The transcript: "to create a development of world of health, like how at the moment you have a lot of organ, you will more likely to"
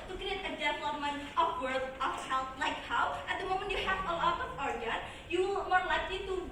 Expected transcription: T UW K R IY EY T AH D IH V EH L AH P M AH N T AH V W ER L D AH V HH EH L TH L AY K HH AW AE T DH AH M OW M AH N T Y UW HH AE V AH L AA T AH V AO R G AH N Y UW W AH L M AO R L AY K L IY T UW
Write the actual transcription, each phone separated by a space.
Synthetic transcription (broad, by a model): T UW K IY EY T AH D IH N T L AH M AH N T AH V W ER D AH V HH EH L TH L AY K HH AW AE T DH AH M OW M AH N T Y UW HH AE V AH L AA T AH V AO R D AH Y UW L M AO R L AY K L IY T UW